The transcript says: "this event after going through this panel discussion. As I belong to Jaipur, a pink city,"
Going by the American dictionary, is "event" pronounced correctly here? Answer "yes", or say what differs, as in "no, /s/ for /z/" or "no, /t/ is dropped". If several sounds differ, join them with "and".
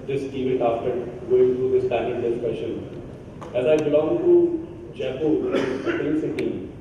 no, /n/ is dropped